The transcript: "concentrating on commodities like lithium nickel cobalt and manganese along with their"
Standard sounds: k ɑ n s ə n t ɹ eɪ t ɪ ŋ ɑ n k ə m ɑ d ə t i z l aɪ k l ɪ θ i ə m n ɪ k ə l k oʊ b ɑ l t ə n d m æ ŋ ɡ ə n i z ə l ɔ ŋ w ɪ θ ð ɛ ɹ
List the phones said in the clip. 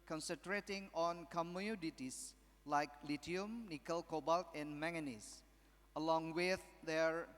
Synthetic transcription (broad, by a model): k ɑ n s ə n t ɹ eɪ t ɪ ŋ ɑ n k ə m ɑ d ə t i s l aɪ k l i t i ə m n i k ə l k oʊ b ɑ l t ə n m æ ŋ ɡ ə n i s ə l ɔ ŋ w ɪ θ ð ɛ ɹ